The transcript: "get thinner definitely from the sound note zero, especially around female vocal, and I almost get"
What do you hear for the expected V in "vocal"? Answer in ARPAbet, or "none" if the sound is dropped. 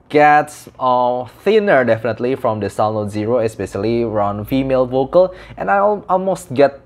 V